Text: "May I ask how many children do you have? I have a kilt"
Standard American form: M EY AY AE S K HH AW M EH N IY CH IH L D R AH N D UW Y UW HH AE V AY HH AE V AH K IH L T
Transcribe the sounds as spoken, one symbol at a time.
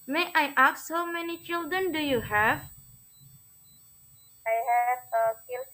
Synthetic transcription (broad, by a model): M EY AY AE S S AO M EH N IY CH IH L D R AH N D UW Y UW HH AE V AY HH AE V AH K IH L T